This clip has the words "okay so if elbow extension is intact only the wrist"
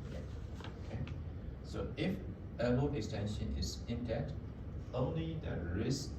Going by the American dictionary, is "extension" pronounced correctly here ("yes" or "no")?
yes